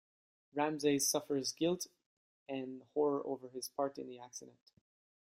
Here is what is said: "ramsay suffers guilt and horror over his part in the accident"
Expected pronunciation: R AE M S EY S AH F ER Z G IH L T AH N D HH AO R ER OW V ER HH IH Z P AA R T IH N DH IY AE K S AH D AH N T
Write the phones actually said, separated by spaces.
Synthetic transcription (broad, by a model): R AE M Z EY S AH F ER Z G IH L T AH N HH AO R ER OW V ER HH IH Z P AA R T IH N DH IY AE K S AH D AH N T